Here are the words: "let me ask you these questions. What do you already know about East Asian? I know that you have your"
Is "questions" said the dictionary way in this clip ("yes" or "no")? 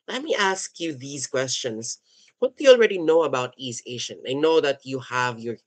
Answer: no